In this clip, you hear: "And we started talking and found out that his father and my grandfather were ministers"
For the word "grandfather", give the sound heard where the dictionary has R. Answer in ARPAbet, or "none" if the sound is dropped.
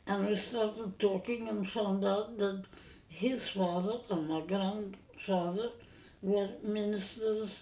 R